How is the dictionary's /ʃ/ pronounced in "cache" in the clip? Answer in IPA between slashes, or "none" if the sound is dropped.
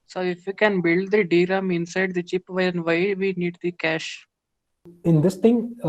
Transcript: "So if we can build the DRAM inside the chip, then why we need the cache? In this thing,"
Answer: /ʃ/